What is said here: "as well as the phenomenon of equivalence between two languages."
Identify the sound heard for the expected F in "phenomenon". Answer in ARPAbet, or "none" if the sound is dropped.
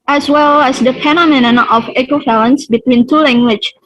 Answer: P